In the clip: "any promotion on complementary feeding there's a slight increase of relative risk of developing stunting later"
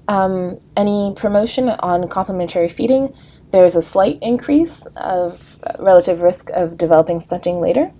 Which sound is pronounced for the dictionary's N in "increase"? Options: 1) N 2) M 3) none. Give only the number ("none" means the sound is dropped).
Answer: 1